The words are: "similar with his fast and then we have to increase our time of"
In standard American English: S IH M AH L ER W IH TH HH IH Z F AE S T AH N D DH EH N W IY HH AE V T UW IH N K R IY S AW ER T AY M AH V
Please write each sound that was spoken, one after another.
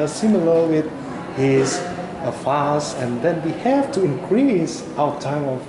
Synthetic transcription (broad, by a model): S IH M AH L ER W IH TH HH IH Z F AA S AH N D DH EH N W IY HH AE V T UW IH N K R IY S AW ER T AY M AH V